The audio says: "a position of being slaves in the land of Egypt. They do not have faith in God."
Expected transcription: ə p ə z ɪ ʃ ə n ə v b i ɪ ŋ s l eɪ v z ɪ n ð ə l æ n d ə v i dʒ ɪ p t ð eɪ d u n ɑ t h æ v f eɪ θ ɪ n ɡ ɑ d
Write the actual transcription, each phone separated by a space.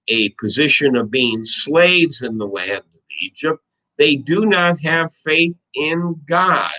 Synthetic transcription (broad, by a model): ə p ə z ɪ ʃ ə n ə v b i ɪ ŋ s l eɪ v z ɪ n ð ə l æ n d ə v i dʒ ɪ p t ð eɪ d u n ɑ t h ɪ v f eɪ θ ɪ n ɡ ɑ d